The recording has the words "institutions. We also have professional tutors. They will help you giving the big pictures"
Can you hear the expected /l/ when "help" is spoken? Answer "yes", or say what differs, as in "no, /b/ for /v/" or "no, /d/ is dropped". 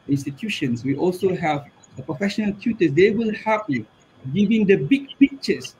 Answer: no, /l/ is dropped